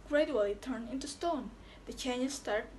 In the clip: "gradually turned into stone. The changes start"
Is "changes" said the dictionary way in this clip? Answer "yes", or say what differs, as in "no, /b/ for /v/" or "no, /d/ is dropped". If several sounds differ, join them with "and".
no, /dʒ/ is dropped